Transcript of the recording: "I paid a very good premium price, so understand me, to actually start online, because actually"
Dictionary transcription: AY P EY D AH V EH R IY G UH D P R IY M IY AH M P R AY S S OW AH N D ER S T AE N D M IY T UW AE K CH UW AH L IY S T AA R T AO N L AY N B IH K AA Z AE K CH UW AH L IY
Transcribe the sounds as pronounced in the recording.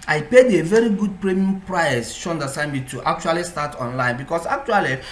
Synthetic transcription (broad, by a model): AY P EY D AH V EH R IY G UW D P R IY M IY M P R AY S SH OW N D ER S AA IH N M IY T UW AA K CH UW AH L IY S T AA T AO N L AY N B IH K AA S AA K CH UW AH L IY